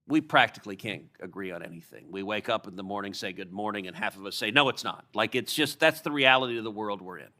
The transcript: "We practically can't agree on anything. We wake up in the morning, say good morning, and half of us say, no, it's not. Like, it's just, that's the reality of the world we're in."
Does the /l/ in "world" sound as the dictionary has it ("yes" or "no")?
yes